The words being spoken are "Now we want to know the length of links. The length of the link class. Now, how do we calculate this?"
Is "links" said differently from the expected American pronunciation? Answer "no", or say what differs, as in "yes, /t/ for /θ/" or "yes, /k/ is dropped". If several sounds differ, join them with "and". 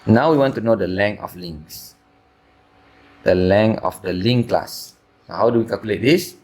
yes, /k/ is dropped